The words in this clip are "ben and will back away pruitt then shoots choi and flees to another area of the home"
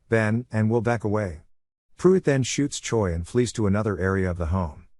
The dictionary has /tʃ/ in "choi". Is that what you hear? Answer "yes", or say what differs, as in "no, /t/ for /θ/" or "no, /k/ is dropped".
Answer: yes